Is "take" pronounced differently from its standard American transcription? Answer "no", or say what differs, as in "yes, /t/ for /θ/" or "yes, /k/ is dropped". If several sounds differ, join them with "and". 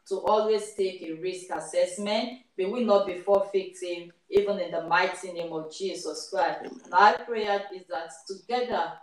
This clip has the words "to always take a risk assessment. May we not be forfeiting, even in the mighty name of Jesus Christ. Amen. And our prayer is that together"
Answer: no